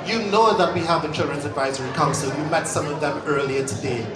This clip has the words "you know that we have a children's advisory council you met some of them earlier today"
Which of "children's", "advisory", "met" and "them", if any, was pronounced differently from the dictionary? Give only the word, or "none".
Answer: none